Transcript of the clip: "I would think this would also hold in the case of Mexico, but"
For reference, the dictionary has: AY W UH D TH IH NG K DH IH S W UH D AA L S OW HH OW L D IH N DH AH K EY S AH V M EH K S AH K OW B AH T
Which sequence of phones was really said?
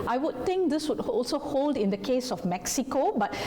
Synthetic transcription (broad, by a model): AY W UH D T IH NG K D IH S W UH D AA L S OW HH OW L D IH N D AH K EY S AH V M EH K S AH K OW B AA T